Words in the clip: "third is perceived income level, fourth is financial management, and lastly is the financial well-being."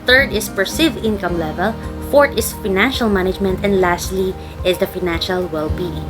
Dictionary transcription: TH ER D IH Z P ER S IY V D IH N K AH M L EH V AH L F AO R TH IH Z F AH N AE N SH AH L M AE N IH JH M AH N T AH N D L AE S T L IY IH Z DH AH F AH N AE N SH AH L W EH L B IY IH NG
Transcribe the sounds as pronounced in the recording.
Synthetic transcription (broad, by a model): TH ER D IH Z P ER S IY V IH N K AH M L EH V AH L F AO R T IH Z F AH N AE N SH AH L M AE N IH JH M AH N T AH N D L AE S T L IY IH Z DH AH F AH N AE N SH AH L W EH L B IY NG